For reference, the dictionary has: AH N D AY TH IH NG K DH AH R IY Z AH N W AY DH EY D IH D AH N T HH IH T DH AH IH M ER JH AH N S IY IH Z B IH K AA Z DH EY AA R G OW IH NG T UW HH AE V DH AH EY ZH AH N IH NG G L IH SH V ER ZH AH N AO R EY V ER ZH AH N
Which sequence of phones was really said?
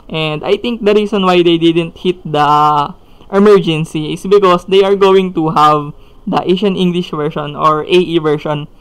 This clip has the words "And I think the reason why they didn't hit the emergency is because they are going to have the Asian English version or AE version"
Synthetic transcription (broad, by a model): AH N D AY T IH NG K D AH R IY S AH N W AY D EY D IH D AH N T HH IH T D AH IH M ER JH AH N S IY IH S B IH K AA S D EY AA R G OW IH NG T UW HH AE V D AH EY SH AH N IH NG G L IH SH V ER SH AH N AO R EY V ER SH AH N